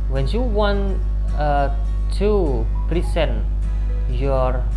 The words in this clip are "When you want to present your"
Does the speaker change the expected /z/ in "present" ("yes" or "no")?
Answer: yes